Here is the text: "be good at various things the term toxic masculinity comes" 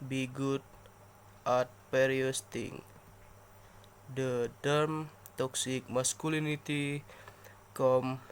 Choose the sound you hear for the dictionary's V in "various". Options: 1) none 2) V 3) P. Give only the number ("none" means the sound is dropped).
3